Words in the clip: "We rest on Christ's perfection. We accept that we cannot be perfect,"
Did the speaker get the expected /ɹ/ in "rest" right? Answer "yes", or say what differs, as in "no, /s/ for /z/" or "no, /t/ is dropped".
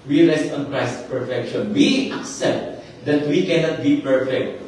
no, /l/ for /ɹ/